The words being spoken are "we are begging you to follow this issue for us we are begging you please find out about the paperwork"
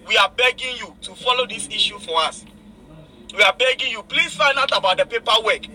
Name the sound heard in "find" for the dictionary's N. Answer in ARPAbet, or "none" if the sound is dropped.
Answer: N